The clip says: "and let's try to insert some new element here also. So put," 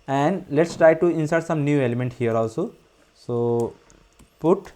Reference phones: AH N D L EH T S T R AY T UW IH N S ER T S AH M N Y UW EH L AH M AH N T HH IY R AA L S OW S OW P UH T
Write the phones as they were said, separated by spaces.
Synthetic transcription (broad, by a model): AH N D L EH T S T R AY T UW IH N S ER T S AH M N Y UW EH L AH M AH N T HH IY R AA L S OW S OW P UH T